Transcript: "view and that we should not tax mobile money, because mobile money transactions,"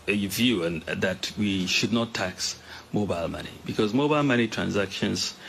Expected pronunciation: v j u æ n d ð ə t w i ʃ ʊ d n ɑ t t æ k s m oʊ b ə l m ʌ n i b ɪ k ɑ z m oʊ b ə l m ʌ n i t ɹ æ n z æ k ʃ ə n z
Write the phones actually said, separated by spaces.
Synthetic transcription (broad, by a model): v j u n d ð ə t w i ʃ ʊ d n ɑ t t æ k s m oʊ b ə l m ʌ n i b ɪ k ɑ z m oʊ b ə l m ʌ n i t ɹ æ n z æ k ʃ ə n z